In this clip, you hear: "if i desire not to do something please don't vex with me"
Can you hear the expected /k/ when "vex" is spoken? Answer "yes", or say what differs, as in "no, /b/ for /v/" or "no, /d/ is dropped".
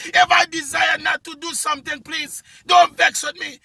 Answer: yes